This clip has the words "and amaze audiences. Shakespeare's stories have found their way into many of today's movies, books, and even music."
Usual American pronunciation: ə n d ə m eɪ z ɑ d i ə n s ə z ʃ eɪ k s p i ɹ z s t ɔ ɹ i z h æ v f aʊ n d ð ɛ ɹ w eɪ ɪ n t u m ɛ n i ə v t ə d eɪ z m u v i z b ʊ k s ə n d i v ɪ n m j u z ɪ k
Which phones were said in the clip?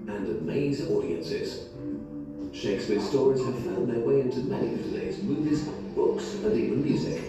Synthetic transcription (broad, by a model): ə n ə m eɪ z ɑ d i ə n s ə z ʃ eɪ k s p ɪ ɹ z s t ɔ ɹ i z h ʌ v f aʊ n ð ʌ ɹ w eɪ ɪ n t u m ɛ n i ə v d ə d eɪ z m u v i z b ʊ k s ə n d i v ɪ n m j u z ɪ k